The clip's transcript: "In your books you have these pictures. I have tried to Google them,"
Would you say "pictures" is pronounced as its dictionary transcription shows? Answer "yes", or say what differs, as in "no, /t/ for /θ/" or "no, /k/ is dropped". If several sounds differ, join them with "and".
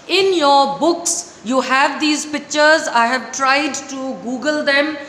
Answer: yes